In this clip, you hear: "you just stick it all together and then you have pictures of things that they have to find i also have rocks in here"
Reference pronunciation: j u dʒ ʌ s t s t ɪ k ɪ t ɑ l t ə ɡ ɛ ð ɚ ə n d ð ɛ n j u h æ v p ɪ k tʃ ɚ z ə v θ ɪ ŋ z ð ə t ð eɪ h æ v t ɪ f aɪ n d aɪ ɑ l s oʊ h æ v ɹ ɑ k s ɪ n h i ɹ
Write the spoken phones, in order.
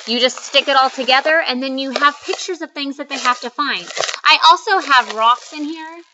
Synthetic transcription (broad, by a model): j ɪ dʒ ʌ s t s t ɪ k ɪ t ɑ l t ə ɡ ɛ ð ɚ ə n ð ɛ n j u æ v p ɪ k tʃ ɚ z ə v θ ɪ ŋ z ð ə t ð eɪ h æ f t ɪ f aɪ n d aɪ ɑ l s oʊ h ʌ v ɹ ɑ k s ɪ n h i ɹ